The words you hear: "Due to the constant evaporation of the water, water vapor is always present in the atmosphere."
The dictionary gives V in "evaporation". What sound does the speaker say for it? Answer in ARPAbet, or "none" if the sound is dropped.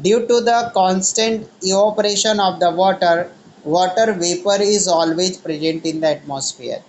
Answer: none